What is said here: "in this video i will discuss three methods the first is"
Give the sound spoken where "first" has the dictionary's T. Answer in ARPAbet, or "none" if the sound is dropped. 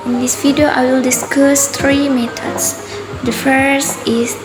none